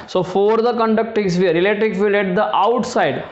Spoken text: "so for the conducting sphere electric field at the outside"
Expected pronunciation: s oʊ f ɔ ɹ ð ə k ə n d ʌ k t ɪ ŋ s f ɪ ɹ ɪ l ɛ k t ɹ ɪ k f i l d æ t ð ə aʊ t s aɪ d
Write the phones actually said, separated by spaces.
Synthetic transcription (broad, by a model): s oʊ f ɔ ɹ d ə k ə n d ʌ k t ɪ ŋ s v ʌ ɹ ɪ l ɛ t ɪ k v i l ɛ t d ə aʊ t s aɪ d